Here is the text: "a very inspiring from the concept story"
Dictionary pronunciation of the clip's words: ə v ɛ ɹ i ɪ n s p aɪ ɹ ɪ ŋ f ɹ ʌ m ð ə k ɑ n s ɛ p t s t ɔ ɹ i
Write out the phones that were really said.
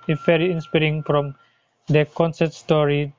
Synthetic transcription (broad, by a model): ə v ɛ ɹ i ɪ n s p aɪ ɹ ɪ ŋ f ɹ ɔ m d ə k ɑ n s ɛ t s t ɔ ɹ i